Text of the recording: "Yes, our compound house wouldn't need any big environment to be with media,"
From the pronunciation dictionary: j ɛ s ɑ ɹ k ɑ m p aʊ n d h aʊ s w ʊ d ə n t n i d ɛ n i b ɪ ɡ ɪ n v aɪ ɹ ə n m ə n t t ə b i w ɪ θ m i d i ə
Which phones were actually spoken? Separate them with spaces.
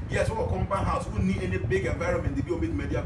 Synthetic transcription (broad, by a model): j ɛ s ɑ w k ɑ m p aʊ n h aʊ s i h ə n n i d ɛ n i b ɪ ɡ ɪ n v aɪ ɹ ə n m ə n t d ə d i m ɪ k m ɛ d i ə